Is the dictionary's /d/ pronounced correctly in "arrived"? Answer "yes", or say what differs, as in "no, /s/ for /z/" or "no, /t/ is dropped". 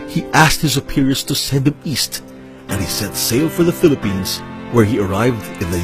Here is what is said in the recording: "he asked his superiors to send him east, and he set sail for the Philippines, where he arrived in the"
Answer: yes